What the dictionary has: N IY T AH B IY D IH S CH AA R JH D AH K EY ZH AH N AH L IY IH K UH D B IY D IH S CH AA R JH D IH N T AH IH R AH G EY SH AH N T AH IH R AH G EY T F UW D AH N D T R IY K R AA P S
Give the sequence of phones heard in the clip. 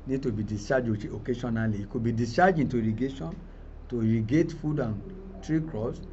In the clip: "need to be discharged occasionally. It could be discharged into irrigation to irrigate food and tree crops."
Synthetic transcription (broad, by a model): N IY T AH B IY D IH S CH AA JH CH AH K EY SH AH N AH L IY IH K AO B IY D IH S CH AA JH IH N T AH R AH G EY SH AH N T AH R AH G EY T F UW D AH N T R IY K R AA S